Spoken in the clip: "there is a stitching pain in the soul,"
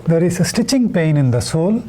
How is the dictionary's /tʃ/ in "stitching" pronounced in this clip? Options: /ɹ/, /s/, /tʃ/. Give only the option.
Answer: /tʃ/